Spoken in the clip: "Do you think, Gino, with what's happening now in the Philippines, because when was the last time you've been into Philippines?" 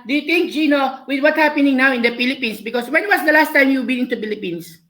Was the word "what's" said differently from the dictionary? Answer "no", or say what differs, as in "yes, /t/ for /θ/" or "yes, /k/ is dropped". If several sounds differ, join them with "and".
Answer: yes, /s/ is dropped